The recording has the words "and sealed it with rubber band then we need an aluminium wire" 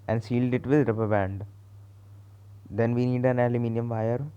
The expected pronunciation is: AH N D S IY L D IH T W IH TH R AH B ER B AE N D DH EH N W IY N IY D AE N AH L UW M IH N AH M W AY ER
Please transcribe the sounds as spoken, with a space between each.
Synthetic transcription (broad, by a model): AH N D S IY L D IH T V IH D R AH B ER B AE N D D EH N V IY N IY D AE N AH L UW M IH N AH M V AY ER